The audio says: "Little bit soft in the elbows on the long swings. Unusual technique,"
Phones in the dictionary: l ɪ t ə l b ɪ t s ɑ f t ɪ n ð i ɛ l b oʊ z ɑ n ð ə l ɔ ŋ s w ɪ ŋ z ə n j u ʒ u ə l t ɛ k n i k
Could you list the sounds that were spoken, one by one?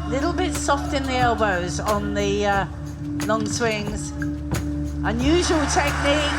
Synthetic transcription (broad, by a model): l ɪ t l b ɪ t s ɑ f t ɪ n ð i ɛ l b oʊ z n ð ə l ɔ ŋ s w ɪ ŋ z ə n j u ʒ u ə l t ɛ k n i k